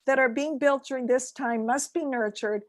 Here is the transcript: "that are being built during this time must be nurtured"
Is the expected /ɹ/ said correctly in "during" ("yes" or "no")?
yes